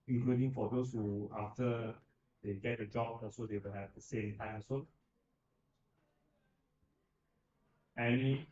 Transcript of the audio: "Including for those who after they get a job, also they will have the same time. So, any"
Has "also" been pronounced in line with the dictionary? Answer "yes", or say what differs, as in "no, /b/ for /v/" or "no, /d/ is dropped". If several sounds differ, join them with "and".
no, /l/ is dropped